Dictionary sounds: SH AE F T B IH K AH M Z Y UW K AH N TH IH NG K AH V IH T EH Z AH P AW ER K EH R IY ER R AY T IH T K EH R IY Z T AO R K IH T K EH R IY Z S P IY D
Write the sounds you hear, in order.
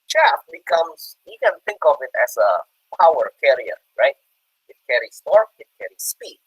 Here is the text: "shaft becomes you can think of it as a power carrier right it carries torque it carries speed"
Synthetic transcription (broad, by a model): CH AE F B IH K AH M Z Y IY K AH N TH IH NG K AH V IH T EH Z AH P AW ER K EH R IY ER R AY T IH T K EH R IY S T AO R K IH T K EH R IY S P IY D